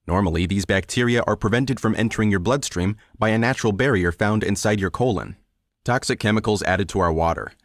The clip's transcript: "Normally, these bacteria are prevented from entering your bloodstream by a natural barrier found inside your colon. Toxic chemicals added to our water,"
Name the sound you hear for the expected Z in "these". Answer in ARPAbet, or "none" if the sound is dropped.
Z